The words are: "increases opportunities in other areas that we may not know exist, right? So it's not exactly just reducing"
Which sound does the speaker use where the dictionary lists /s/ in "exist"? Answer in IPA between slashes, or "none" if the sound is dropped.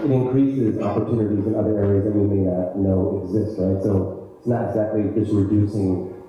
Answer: /s/